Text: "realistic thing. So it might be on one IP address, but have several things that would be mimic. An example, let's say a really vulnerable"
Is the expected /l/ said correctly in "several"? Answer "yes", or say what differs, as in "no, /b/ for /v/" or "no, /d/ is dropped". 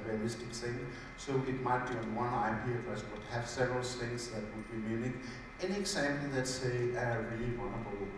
yes